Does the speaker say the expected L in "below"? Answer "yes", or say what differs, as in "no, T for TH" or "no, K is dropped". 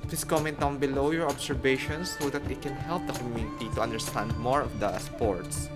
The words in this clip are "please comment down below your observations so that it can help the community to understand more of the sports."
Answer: yes